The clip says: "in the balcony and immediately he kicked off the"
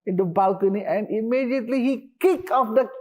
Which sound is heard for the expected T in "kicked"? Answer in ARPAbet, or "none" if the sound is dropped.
none